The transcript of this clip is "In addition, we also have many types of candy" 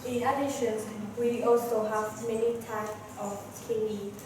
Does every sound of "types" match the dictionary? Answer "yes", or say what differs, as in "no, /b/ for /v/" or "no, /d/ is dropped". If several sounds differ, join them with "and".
no, /s/ is dropped